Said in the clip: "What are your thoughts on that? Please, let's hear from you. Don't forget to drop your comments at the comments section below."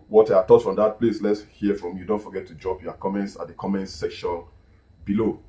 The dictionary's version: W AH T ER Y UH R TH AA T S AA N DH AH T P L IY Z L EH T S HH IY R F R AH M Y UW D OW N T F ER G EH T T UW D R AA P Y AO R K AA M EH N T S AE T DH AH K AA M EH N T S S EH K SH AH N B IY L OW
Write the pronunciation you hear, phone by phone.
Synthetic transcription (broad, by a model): W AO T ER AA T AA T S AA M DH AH T P L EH S L EH T S HH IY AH F R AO M Y UW D OW N T F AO G EH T T UW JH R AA P Y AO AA K AA M EH N T S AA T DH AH K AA M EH N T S S EH K SH AH N B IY L OW